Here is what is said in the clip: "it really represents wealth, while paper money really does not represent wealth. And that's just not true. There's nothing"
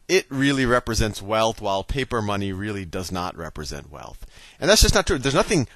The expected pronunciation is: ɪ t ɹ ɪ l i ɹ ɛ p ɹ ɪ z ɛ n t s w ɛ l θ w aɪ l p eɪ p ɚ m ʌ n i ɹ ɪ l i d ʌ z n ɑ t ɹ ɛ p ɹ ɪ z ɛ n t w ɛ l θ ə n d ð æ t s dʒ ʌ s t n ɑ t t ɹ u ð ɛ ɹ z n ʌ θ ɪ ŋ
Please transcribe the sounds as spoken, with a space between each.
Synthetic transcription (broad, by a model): ɪ t ɹ ɪ l i ɹ ɛ p ɹ ɪ z ɛ n t s w ɛ l θ w aɪ l p eɪ p ɚ m ʌ n i ɹ ɪ l i d ʌ z n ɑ t ɹ ɛ p ɹ ɪ z ɛ n t w ɛ l θ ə n ð æ t s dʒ ʌ s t n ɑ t t ɹ u ð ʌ ɹ z n ʌ θ ɪ ŋ